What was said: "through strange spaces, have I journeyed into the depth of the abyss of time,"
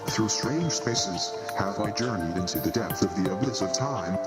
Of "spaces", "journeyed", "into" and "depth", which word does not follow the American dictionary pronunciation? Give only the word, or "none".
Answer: none